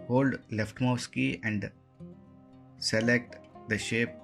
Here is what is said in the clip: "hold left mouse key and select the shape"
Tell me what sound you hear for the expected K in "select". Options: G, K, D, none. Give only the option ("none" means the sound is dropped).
K